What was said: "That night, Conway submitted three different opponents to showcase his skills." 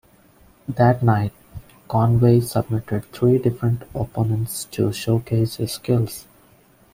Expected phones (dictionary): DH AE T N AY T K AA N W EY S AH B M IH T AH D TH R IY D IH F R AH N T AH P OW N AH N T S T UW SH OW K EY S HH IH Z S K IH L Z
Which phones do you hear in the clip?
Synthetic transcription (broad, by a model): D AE T N AY T K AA N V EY S AH B M IH T AH D T R IY D IH F R AH N T AH P OW N AH N T S T UW SH OW K EY S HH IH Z S K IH L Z